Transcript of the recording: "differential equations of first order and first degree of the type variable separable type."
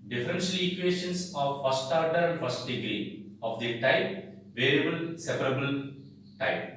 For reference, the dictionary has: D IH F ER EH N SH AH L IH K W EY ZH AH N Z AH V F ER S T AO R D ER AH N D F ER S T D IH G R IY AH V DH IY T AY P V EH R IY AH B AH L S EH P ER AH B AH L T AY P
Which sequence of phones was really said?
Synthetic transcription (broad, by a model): D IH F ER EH N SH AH L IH K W EY SH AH N S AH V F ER S T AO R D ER AH N D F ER S T D IH G R IY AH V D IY T AY P V EH R IY AH B AH L S EH P ER AH B AH L T AY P